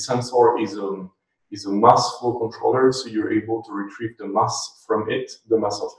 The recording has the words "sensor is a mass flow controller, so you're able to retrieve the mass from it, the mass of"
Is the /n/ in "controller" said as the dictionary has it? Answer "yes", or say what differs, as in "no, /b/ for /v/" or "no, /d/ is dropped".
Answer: yes